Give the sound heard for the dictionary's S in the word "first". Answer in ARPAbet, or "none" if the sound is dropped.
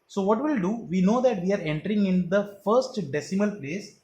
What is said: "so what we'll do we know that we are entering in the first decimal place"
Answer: S